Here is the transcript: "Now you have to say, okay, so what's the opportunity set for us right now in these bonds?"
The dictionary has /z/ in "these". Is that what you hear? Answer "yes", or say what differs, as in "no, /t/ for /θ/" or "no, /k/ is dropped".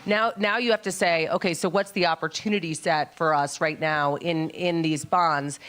yes